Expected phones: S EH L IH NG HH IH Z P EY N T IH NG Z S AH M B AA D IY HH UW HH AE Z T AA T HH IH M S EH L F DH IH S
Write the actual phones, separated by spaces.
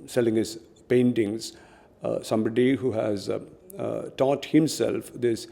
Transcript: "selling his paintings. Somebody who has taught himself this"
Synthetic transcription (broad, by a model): S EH L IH NG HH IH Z P EY N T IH NG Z S AH M B AA D IY HH UW HH AE Z T AA T HH IH M S EH L F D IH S